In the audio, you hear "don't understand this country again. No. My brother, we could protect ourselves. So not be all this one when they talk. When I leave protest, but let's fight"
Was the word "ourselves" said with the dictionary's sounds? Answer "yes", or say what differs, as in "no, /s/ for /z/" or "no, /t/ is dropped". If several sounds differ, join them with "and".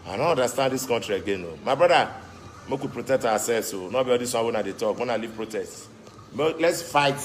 no, /w/ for /ɹ/